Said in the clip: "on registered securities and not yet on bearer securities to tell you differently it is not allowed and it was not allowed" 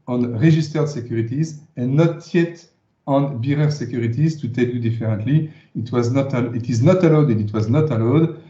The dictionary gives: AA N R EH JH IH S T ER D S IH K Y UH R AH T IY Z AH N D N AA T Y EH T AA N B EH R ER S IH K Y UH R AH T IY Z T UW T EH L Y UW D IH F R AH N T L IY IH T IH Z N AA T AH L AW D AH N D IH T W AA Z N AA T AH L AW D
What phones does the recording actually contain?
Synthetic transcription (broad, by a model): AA N R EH ZH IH S T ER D S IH K Y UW R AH T IY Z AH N N AA T Y EH T AA N B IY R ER S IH K Y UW R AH T IY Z T UW T EH L Y UW D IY F R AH N T L IY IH T IH Z N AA T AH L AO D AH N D IH T W AA Z N AA T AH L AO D